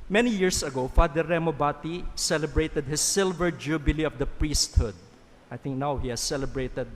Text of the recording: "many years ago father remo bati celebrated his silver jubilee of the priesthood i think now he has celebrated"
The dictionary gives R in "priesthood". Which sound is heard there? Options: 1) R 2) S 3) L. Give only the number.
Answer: 1